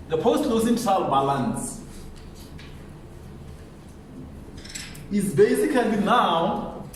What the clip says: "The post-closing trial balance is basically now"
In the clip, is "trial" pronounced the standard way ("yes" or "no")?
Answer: no